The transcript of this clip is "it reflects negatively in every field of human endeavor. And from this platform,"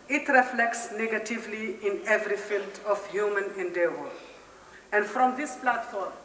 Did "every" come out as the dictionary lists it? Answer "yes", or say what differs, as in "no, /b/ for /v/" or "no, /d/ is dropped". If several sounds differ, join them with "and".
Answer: yes